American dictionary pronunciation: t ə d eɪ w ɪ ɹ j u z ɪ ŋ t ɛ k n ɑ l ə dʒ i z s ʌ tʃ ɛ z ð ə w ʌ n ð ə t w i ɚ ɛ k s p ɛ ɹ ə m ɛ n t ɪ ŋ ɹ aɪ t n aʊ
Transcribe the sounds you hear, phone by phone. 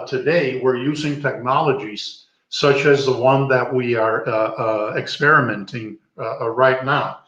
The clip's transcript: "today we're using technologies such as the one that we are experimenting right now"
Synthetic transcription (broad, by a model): t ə d eɪ w ɪ ɹ j u z ɪ ŋ t ɛ k n ɑ l ə dʒ i z s ʌ tʃ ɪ z ð ə w ʌ n ð ə t w i ɚ ɛ k s p ɛ ɹ ə m ɛ n t ɪ ŋ ɹ aɪ t n aʊ